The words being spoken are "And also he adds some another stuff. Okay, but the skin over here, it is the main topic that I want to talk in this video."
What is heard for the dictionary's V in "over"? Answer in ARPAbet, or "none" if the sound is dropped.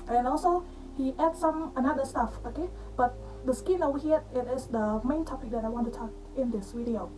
W